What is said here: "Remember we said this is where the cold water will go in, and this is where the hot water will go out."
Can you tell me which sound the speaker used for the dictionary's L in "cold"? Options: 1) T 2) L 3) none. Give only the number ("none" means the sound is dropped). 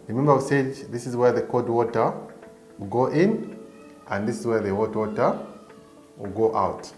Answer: 3